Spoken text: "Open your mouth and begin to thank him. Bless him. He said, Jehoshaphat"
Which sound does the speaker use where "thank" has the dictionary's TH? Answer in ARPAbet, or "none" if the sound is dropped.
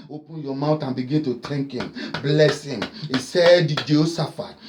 T